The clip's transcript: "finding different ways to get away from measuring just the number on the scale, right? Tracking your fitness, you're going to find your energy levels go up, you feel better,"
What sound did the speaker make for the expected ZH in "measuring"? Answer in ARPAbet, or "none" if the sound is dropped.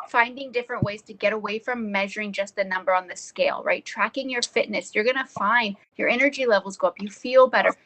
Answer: ZH